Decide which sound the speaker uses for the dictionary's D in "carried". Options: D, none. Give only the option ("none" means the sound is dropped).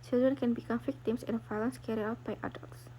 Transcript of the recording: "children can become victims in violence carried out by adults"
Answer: none